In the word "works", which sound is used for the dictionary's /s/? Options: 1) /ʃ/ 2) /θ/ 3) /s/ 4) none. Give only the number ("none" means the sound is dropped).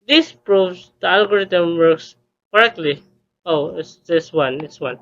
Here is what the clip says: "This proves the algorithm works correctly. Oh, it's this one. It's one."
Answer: 3